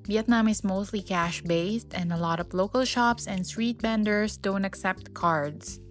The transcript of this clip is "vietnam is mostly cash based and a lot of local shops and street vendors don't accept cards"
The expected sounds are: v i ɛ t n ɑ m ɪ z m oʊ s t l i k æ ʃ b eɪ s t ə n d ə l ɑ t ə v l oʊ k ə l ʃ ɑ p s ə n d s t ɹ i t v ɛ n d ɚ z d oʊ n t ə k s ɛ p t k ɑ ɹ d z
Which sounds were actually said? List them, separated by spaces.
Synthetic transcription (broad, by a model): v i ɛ t n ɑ m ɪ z m oʊ s t l i k æ ʃ b eɪ s t ə n d ə l ɑ t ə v l oʊ k ə l ʃ ɑ p s ə n d s t ɹ i t b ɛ n d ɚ s d oʊ n t ə k s ɛ p t k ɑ ɹ d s